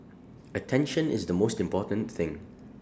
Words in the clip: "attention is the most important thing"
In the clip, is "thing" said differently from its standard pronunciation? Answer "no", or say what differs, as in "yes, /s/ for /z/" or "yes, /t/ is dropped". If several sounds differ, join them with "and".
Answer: no